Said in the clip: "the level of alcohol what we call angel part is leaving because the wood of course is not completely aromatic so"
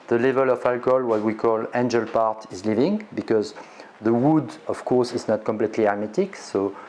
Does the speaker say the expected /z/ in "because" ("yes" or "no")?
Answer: yes